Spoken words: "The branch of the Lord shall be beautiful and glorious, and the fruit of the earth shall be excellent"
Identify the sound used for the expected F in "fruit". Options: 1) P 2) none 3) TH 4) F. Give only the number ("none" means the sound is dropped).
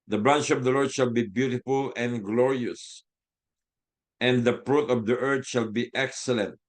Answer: 1